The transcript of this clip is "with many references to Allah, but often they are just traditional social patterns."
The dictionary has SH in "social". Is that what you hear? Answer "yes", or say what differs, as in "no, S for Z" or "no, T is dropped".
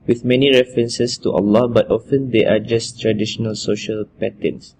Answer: yes